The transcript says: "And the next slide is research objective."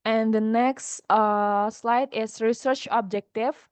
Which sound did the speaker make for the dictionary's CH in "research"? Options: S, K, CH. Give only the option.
CH